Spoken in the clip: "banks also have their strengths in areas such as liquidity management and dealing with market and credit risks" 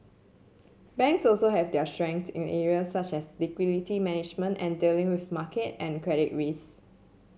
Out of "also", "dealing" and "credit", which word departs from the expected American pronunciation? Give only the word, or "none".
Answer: none